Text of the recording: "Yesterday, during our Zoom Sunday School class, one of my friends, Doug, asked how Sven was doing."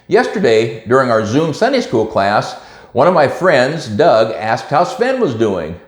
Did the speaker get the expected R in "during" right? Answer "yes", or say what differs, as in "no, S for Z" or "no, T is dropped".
yes